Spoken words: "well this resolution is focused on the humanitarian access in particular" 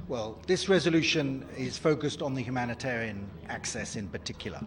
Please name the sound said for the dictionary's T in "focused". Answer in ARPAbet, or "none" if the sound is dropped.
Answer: T